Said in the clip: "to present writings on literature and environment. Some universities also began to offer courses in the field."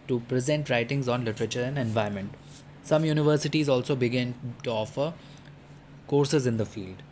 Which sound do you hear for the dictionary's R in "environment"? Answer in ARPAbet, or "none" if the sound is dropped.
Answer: none